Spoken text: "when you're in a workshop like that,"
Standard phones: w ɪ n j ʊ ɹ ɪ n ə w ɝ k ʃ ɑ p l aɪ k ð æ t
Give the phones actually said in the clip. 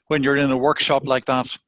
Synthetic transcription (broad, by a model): w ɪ n j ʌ ɹ ɪ n ə w ɝ k ʃ ɑ p l aɪ k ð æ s